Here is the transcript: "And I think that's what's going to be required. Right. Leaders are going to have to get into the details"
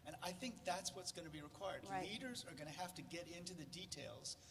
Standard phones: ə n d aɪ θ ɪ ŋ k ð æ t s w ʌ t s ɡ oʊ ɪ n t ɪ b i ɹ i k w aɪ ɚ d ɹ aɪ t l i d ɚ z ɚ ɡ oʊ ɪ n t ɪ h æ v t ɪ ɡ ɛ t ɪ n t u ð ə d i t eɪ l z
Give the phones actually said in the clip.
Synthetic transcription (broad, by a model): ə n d aɪ θ ɪ ŋ k ð æ t s w ʌ t s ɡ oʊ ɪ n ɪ b i ɹ i k w aɪ ɚ d l i d ɚ z ɚ ɡ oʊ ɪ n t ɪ h æ f t ɪ ɡ ɛ t ɪ n t u ð ə d i t eɪ l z